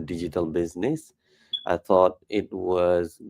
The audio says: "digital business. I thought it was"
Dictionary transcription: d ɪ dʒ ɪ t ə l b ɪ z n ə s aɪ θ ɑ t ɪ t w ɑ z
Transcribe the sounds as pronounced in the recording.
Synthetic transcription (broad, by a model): d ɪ dʒ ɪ t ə l b ɪ z n ə s aɪ θ ɑ t ɪ t w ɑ z